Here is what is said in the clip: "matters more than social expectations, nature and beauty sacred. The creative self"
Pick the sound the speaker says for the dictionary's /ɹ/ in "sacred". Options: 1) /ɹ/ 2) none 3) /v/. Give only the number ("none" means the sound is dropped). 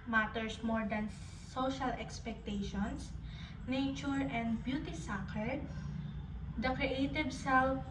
2